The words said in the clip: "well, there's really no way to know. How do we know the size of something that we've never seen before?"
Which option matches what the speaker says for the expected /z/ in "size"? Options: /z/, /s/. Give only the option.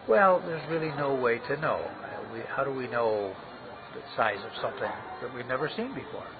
/z/